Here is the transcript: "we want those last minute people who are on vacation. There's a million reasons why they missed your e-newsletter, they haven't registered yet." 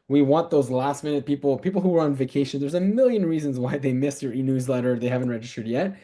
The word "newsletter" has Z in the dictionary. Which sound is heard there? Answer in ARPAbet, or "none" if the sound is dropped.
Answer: Z